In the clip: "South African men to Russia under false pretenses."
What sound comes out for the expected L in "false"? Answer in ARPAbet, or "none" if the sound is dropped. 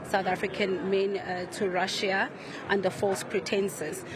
L